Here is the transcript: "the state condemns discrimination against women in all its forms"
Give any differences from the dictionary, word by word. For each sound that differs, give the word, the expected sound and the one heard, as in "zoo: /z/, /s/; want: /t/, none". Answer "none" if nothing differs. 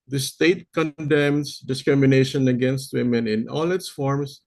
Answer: condemns: /z/, /s/